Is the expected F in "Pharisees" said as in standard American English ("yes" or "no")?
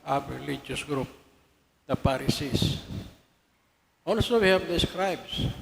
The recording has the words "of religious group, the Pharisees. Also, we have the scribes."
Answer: no